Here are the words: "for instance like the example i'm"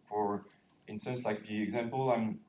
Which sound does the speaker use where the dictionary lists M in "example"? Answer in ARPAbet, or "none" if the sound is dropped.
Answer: M